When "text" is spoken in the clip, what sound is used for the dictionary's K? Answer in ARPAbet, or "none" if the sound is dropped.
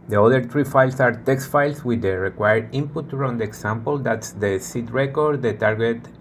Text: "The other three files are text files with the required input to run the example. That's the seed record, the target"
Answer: K